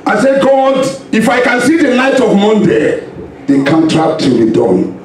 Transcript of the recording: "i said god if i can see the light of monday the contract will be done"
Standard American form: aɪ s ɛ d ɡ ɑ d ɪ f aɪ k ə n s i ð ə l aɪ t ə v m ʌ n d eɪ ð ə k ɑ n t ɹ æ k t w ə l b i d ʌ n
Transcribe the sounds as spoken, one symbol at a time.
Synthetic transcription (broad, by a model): aɪ s ɛ d ɡ ɑ d ɪ f aɪ k ə n s i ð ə n aɪ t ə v m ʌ n d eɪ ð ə k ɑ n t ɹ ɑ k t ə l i d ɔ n